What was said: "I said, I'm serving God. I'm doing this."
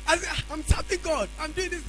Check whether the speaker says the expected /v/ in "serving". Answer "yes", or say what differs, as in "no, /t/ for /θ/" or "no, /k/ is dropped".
no, /p/ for /v/